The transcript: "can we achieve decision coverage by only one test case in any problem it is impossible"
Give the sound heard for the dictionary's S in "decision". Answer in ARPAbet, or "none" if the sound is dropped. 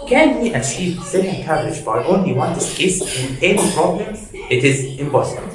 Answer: none